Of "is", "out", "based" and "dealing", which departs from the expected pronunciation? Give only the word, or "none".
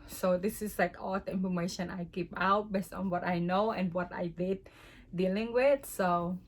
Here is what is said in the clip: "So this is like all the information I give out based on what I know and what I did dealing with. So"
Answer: is